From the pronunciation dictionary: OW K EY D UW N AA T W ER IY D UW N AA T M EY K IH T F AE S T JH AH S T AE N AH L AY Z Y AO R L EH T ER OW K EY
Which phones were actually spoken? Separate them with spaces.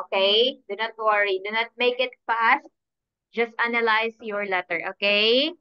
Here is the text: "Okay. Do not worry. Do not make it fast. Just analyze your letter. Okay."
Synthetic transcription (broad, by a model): K EY D UW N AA T W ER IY D UW N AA T M EY K IH T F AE S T JH AH S T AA N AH L AY S Y AO R L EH T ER OW K EY